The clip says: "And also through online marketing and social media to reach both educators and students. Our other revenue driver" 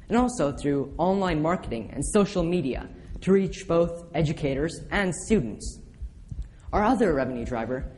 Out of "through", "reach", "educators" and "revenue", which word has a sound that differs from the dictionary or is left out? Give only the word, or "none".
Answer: none